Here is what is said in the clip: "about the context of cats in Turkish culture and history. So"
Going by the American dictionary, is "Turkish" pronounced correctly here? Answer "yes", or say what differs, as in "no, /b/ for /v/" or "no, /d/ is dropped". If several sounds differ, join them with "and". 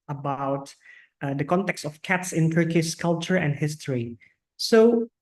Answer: no, /s/ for /ʃ/